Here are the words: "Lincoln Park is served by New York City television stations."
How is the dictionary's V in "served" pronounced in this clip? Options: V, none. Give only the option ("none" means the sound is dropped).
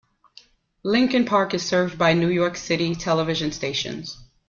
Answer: V